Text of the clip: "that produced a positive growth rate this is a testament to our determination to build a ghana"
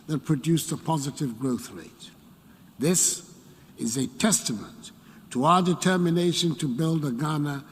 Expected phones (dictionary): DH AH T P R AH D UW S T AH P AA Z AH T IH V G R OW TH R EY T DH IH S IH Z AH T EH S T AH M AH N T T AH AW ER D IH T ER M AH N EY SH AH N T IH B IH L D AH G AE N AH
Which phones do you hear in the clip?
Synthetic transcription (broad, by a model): DH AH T P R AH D UW S AH P AA Z AH T IH V G R OW TH R EY T DH IH S IH Z AH T EH S T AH M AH N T T AH AW ER D IH T ER M AH N EY SH AH N T IH B IH L D AH G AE N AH